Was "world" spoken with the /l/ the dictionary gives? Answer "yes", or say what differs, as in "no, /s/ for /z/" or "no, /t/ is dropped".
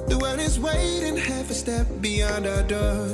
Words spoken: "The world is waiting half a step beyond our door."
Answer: no, /l/ is dropped